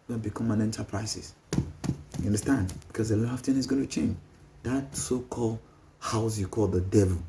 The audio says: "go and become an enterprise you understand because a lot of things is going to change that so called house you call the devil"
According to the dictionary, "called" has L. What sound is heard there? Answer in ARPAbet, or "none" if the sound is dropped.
L